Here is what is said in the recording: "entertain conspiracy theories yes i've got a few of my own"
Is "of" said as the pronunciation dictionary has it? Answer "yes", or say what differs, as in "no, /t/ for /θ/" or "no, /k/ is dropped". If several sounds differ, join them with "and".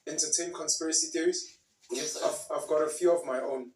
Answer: yes